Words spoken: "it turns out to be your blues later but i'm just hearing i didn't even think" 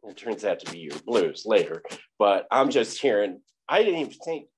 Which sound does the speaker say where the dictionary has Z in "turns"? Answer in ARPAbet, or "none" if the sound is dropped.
Z